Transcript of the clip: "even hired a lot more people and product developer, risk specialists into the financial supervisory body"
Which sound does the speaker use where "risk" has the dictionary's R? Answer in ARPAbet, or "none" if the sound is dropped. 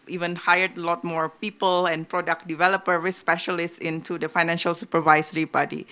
W